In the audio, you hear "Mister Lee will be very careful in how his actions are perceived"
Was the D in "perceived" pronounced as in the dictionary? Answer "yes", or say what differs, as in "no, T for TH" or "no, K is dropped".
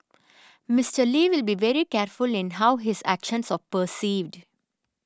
yes